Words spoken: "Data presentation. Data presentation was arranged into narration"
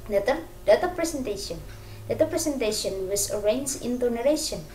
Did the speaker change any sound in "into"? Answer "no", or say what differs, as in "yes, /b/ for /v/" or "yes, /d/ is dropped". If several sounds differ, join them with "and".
no